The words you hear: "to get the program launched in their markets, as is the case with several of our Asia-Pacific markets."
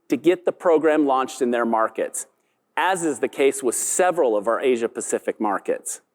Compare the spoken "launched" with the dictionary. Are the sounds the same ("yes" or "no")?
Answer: yes